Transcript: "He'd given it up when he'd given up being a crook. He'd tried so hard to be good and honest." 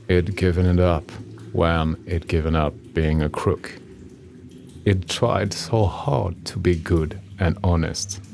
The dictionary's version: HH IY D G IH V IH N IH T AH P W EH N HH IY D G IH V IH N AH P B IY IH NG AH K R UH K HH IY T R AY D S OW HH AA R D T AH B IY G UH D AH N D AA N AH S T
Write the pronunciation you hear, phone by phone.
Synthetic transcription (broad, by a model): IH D G IH V IH N IH T AH P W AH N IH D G IH V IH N AH P B IY IH NG AH K R UH K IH T R AY D S OW HH AA R D T AH B IY G UH D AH N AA N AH S T